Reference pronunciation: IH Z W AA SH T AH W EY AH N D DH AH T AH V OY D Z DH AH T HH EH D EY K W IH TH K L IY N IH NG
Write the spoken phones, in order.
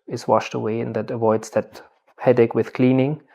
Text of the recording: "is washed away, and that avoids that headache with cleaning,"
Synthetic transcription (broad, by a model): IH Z W AA SH T AH W EY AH N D DH AH T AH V OY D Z DH AH T HH EH D EY K W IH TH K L IY N IH NG